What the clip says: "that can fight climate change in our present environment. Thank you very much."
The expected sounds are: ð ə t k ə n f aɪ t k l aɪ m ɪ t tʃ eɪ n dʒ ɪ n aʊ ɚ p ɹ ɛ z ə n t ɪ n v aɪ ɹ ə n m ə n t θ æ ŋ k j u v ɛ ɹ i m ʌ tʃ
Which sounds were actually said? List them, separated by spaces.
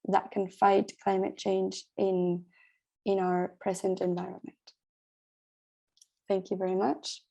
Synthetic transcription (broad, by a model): ð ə t k ə n f aɪ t k l aɪ m ɪ t tʃ eɪ n dʒ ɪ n aʊ ɚ p ɹ ɛ z ə n t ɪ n v aɪ ɹ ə n m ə n t θ æ ŋ k j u v ɛ ɹ i m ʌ tʃ